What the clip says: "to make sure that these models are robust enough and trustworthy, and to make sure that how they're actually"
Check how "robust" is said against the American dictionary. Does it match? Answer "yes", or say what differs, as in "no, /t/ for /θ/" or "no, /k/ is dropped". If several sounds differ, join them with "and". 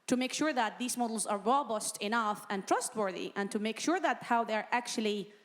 yes